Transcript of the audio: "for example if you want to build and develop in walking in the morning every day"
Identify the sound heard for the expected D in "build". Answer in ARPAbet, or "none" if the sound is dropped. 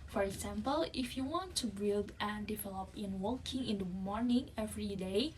D